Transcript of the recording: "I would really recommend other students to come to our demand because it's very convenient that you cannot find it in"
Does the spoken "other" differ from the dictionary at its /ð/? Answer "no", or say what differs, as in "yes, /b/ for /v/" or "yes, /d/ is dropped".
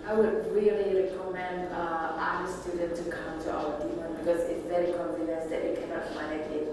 yes, /ð/ is dropped